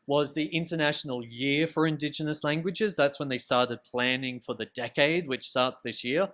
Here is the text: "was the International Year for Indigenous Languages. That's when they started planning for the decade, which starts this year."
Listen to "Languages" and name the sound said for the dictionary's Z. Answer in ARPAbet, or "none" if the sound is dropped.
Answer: Z